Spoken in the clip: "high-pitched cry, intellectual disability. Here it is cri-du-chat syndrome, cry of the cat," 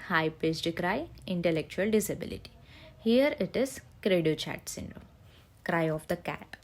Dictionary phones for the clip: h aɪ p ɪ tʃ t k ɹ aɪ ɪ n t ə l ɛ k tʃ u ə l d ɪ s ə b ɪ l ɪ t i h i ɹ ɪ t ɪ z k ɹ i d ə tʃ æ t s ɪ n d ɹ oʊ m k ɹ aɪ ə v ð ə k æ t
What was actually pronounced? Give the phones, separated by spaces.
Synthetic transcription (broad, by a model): h aɪ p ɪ s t k ɹ aɪ ɪ n t ə l ɛ k tʃ u ə l d ɪ s ə b ɪ l ɪ t i h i ɹ ɪ t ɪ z k ɹ i d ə tʃ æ t s ɪ n d ɹ oʊ m k ɹ aɪ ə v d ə k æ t